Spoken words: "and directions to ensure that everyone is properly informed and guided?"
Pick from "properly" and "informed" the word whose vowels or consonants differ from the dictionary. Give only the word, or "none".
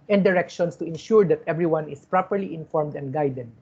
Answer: none